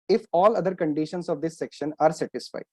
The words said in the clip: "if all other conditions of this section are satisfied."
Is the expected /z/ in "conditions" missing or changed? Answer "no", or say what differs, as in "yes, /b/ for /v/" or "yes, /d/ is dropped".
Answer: yes, /s/ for /z/